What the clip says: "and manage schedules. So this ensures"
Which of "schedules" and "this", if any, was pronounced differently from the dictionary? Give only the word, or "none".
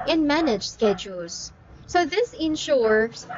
none